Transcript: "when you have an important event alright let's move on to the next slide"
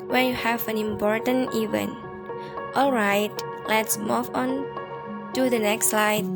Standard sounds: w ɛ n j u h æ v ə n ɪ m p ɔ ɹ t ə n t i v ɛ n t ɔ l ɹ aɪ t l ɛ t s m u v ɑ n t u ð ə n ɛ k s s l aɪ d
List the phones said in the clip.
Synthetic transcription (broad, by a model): w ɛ n j u h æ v ə n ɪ m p ɔ ɹ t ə n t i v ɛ n t ɔ l ɹ aɪ t l ɛ t s m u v ɑ n t u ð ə n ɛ k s s l aɪ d